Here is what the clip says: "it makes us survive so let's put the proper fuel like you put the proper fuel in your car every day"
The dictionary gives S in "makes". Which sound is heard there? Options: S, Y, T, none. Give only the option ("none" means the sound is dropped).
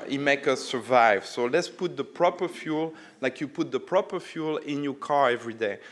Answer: none